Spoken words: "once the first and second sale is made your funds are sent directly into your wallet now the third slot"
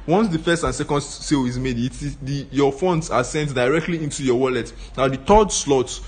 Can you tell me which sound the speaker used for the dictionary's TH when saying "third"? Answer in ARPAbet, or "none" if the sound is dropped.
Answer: T